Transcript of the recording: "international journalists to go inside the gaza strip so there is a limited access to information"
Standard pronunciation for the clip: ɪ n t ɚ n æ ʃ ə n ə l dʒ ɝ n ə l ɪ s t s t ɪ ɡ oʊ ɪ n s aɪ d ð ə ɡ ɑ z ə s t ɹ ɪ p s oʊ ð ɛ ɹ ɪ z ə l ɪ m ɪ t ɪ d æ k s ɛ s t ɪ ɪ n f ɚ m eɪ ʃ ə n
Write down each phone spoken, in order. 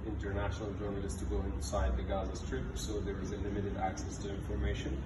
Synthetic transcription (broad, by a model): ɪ n t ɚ n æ ʃ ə n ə l dʒ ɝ n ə l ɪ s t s t ɪ ɡ oʊ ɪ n s aɪ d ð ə ɡ ɑ z ə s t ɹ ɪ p s oʊ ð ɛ ɹ ɪ z ə l ɪ m ɪ t ɪ d æ k s ɛ s t ɪ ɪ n f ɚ m eɪ ʃ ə n